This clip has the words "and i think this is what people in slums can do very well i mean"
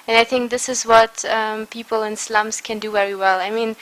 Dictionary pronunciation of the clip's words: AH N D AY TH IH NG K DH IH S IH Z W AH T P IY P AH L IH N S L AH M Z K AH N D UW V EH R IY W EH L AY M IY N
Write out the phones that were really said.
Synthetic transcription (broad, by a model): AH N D AY TH IH NG K DH IH S IH Z W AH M P IY P AH L IH N S L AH M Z K AH N D UW V EH R IY W EH L AY M IY N